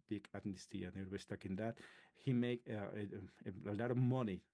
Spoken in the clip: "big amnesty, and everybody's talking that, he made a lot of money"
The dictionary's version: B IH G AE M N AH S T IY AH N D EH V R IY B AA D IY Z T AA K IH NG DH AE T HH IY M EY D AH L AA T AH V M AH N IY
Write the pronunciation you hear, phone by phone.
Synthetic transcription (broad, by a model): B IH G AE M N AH S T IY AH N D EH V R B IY S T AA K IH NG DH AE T HH IY M EY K AH L AA T AH V M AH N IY